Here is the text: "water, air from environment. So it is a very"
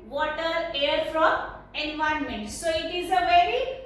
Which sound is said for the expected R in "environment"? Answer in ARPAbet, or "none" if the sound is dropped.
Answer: none